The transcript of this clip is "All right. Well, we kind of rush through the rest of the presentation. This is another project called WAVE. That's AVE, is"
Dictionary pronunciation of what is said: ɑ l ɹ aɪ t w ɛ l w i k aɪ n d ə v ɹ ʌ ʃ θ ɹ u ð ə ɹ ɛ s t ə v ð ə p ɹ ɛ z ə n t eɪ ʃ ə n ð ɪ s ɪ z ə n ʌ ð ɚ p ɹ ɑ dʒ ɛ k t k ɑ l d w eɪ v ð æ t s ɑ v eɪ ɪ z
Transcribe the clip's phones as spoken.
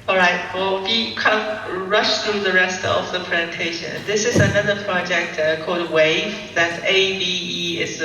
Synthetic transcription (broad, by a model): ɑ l ɹ aɪ t w ɛ l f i k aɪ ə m ɹ ʌ ʃ θ ɹ u ð ə ɹ ɛ s t ə v ð ə p ɹ ɛ z ə n t eɪ ʃ ə n ð ɪ s ɪ z ə n ʌ ð ɚ p ɹ ɑ dʒ ɛ k t k ɑ l d w eɪ v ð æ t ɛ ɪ b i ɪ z